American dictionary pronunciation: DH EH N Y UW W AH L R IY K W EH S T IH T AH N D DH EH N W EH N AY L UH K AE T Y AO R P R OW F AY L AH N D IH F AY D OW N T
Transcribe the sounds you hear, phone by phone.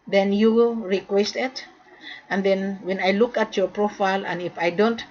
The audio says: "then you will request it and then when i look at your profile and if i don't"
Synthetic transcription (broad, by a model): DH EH N Y UW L R IY K W EH S T IH T AH N D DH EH N W EH N AY L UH K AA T Y AO R P R OW F AY L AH N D IH F AY D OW N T